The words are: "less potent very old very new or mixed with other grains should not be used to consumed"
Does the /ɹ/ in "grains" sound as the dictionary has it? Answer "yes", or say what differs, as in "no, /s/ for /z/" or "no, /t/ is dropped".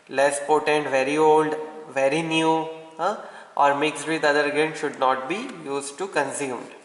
no, /ɹ/ is dropped